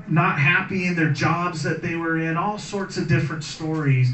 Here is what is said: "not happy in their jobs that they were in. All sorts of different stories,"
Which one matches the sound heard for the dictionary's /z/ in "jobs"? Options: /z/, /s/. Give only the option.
/z/